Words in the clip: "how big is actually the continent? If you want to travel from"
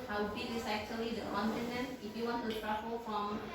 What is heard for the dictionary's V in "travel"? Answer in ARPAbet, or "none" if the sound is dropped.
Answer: F